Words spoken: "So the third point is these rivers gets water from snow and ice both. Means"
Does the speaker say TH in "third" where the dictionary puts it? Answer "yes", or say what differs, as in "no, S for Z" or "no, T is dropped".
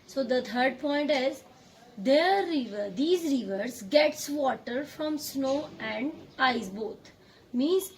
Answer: no, T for TH